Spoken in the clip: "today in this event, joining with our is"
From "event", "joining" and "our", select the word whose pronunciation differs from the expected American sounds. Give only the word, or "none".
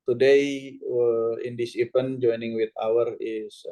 event